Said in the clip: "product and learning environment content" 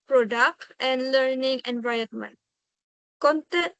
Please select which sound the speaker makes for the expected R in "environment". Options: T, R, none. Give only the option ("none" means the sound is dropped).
none